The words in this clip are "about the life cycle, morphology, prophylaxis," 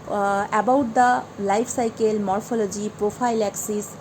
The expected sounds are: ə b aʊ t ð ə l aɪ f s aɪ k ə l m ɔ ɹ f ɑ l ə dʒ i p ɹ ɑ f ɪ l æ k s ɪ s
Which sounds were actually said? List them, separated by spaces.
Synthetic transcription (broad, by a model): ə b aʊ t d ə l aɪ p s aɪ k ə l m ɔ ɹ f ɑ l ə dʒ i p ɹ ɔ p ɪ l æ k s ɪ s